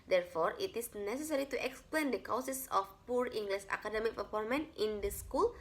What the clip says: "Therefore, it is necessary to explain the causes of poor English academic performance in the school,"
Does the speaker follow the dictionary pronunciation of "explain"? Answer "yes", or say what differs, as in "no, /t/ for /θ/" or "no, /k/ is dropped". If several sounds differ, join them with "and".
yes